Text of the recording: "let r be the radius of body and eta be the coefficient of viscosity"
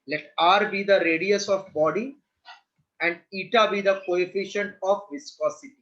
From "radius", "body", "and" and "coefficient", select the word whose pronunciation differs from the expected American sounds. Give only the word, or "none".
none